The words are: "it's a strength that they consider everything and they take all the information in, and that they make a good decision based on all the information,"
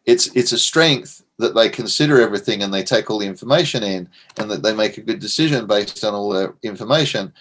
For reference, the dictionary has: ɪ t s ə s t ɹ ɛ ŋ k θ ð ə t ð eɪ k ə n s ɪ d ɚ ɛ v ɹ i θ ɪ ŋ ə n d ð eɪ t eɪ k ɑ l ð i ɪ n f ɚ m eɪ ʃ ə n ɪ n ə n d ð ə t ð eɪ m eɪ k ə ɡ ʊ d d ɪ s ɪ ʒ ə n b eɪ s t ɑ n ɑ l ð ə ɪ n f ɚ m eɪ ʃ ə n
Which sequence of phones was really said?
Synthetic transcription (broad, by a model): ɪ t s ə s t ɹ ɛ ŋ k θ ð ə t ð eɪ k ə n s ɪ d ɚ ɛ v ɹ i θ ɪ ŋ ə n ð eɪ t eɪ k ɑ l ð i ɪ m f ɚ m eɪ ʃ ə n ɪ n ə n ð ə t ð eɪ m eɪ k ə ɡ ʊ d d ɪ s ɪ ʒ ə n b eɪ s t n ɑ l ð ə ɪ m f ɚ m eɪ ʃ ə n